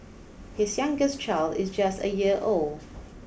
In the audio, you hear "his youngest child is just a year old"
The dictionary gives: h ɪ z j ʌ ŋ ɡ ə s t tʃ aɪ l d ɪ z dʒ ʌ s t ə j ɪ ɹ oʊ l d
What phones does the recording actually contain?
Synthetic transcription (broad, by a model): h ɪ z j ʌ ŋ ɡ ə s tʃ aɪ l d ɪ z dʒ ʌ s t ə j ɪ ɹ oʊ l d